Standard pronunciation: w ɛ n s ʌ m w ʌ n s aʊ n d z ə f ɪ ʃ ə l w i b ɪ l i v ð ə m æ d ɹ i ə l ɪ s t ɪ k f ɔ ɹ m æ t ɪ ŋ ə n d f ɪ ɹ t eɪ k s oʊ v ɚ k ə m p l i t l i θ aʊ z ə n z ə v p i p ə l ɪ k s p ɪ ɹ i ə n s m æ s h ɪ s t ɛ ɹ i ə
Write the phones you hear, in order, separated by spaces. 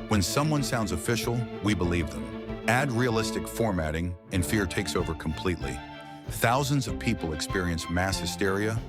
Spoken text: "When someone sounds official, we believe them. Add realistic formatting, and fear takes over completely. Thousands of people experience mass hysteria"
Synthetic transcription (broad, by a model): w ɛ n s ʌ m w ʌ n s aʊ n d z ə f ɪ ʃ l w i b ɪ l i v ð ə m æ d ɹ i ə l ɪ s t ɪ k f ɔ ɹ m æ t ɪ ŋ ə n f ɪ ɹ t eɪ k s oʊ v ɚ k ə m p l i t l i θ aʊ z ə n z ə v p i p l ɪ k s p ɪ ɹ i ə n s m æ s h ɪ s t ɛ ɹ i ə